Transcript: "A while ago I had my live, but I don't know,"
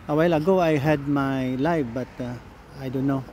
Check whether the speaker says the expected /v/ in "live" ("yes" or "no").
no